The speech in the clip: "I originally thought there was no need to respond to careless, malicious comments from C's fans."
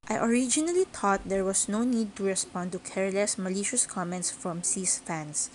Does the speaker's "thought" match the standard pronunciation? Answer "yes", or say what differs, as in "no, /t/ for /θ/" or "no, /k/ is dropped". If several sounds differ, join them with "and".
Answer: no, /t/ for /θ/